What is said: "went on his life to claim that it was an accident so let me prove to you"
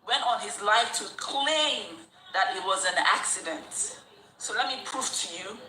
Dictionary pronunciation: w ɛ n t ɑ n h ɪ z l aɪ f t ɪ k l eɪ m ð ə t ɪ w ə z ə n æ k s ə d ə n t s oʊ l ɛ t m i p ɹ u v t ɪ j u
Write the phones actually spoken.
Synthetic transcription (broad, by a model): w ɛ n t n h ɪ z l aɪ f t ɪ k l eɪ m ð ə t ɪ w ə z ə n æ k s ə d ə n t s oʊ l ɛ t m i p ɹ u f t ɪ j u